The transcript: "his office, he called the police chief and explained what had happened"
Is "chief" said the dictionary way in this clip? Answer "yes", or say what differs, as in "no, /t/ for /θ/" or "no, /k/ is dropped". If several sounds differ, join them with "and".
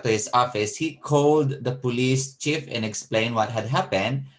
yes